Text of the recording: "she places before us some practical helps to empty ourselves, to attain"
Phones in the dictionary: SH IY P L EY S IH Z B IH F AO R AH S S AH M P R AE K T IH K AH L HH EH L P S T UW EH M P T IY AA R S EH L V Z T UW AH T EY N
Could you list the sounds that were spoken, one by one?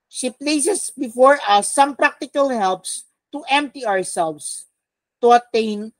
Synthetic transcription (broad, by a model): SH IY P L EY S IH S B IH F AO R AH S S AH M P R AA K T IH K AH L HH EH L P S T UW EH M P T IY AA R S EH L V S T UW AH T EY N